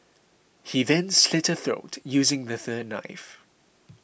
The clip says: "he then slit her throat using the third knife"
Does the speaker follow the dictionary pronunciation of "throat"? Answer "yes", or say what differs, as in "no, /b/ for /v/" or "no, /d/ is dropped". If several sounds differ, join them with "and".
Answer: yes